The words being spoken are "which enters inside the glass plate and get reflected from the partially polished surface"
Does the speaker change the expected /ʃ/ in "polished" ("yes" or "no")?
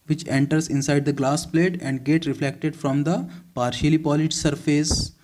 yes